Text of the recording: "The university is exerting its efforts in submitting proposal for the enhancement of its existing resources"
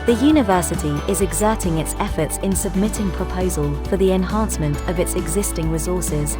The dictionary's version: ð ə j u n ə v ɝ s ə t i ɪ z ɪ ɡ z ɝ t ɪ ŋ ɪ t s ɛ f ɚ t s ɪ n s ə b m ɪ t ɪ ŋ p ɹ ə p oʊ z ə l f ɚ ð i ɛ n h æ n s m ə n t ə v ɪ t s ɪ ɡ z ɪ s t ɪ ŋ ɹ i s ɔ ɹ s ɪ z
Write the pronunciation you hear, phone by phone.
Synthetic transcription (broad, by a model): ð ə j u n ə v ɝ s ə t i ɪ z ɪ ɡ z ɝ t ɪ ŋ ɪ t s ɛ f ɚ t s ɪ n s ə b m ɪ t ɪ ŋ p ɹ ə p oʊ z ə l f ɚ ð i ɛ n h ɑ n s m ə n t ə v ɪ t s ɪ ɡ z ɪ s t ɪ ŋ ɹ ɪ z ɔ s ɪ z